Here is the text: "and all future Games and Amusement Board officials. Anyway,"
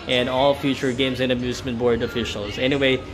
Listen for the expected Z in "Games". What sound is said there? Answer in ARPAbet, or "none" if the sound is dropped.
Z